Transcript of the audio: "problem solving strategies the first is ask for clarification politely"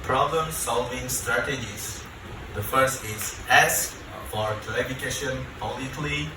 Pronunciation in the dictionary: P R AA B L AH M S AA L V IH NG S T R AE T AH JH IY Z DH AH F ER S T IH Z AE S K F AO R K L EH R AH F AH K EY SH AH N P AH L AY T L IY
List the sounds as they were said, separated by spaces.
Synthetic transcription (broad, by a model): P R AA B L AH M S AA L V IH NG S T R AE T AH JH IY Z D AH F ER S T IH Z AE S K F AO R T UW AH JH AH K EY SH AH N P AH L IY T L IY